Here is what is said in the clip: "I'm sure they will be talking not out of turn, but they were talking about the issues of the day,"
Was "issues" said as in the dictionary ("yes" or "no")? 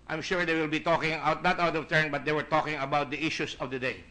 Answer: no